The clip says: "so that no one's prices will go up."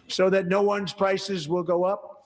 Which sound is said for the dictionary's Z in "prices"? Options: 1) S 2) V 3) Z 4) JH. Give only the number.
3